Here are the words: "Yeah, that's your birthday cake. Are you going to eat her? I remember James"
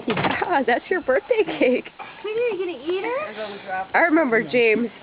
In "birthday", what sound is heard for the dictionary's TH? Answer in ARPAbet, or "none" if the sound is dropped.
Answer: TH